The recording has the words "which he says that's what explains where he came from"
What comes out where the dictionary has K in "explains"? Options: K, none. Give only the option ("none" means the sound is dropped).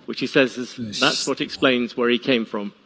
K